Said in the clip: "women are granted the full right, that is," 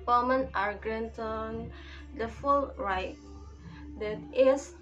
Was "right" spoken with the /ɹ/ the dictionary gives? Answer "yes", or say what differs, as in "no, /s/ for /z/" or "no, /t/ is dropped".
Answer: yes